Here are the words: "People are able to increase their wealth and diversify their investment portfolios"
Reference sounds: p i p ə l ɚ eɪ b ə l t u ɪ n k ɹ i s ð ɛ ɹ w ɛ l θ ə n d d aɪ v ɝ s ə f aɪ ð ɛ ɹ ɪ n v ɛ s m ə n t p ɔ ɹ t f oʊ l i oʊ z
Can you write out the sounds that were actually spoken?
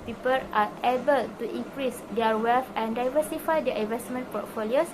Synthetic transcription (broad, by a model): p i p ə l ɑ eɪ b ə l t u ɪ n k ɹ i s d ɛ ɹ w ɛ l f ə n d d aɪ v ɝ s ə f aɪ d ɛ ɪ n v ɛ s m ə n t p ɔ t f oʊ l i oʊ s